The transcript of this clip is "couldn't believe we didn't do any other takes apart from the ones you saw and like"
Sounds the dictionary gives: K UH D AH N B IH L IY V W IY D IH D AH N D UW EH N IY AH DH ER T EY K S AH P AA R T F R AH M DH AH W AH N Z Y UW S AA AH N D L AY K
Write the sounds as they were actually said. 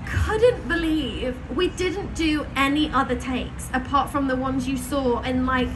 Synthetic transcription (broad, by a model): K UH D N B IH L IY V W IY D IH D N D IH EH N IY AH DH ER T EY K S AH P AA R T F R AH M DH AH W AH N Z Y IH S AA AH N L AY K